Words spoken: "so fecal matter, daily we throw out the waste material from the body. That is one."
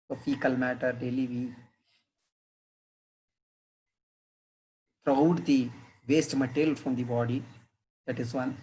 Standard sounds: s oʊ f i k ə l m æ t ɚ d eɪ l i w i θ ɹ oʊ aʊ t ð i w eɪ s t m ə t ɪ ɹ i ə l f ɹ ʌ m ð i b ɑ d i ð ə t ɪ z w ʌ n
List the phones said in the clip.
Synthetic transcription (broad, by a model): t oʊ p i k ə l m æ t ɚ d eɪ l i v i t ɹ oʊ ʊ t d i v eɪ s t m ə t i l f ɹ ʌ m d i b ɑ d i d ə t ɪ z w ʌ n